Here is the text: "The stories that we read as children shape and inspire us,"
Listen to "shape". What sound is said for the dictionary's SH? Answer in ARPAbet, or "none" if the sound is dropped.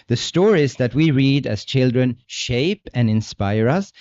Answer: SH